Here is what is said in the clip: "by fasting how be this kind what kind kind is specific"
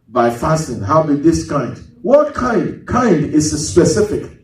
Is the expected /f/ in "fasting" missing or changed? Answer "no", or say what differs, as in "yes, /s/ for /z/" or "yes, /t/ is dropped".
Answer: no